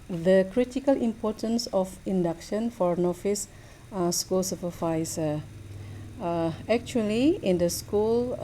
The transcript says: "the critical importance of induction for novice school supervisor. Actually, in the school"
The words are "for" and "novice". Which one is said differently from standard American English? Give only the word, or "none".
novice